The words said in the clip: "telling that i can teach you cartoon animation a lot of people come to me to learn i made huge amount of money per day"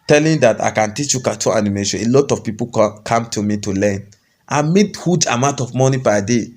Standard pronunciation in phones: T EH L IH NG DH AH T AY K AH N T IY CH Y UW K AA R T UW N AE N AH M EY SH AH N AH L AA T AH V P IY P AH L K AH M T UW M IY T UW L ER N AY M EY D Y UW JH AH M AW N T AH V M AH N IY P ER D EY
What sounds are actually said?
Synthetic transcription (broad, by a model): T EH L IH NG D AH T AY K AH N T IY CH Y UW K AA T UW AA N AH M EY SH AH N AH L AA T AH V P IY P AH K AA M T UW M IY T UW L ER N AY M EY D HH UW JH AH M AW N T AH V M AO N IY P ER D EY